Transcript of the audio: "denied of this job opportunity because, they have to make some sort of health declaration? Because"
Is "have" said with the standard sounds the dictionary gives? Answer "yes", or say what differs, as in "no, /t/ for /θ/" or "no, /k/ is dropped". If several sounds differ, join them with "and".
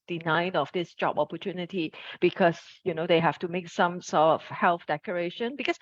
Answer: no, /f/ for /v/